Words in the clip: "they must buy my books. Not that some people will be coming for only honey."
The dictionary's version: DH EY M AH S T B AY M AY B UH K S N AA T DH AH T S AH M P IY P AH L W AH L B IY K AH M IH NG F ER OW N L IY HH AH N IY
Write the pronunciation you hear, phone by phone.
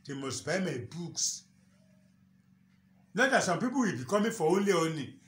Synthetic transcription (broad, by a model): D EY M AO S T B AY M AY B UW K S N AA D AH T S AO M P IY P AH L W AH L B IY K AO M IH F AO OW N L IY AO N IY